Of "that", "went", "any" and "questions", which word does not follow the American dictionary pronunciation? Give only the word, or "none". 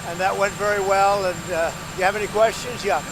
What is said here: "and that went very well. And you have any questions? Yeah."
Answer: none